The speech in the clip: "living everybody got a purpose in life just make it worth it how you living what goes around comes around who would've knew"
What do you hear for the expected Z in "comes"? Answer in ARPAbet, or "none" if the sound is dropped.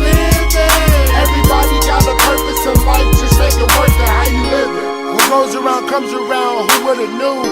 Z